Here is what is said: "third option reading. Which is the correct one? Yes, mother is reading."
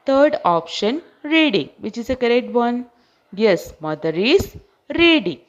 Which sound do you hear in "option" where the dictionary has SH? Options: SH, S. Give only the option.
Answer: SH